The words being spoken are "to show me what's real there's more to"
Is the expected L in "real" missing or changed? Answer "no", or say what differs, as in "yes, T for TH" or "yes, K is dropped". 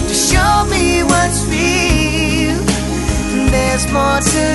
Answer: yes, N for L